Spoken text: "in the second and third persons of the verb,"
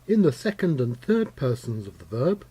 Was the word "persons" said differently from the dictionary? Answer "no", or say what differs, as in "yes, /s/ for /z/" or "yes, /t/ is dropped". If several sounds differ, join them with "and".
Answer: no